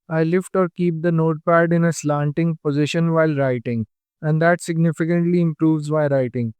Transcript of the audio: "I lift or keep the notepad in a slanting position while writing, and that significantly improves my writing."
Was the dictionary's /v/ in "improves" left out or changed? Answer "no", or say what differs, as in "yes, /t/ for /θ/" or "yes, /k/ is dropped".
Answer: no